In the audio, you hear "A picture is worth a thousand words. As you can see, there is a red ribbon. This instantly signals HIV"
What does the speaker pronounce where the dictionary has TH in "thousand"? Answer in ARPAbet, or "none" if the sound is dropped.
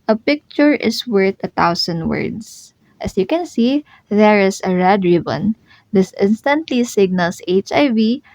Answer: T